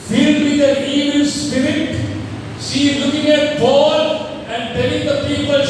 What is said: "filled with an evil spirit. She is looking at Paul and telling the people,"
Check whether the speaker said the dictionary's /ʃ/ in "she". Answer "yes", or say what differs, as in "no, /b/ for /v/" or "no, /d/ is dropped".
no, /s/ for /ʃ/